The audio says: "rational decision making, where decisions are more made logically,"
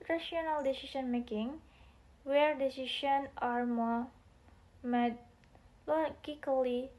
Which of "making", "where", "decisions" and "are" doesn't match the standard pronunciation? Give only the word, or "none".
decisions